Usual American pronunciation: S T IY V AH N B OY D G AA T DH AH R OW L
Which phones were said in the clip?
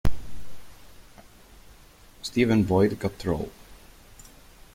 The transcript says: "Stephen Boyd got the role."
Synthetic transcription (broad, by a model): S T IY V AH N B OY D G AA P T R OW L